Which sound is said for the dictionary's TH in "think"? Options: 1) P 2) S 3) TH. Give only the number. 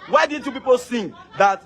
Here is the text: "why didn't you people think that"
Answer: 2